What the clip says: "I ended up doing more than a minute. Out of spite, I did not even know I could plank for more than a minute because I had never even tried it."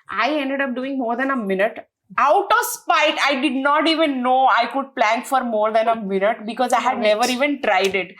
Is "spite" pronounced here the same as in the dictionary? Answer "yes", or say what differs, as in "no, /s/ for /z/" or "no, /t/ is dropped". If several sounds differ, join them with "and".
yes